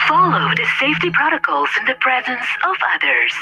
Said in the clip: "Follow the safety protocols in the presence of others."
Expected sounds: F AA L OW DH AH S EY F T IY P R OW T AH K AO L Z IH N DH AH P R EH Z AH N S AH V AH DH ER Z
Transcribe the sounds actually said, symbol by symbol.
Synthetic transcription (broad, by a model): F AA L OW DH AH S EY F T IY P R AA T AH K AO L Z IH N DH AH P R EH Z AH N S AH V AH DH ER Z